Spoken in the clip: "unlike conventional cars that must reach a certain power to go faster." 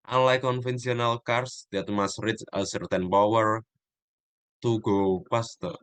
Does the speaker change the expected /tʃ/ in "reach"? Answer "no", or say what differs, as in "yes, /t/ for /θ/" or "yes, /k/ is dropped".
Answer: yes, /s/ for /tʃ/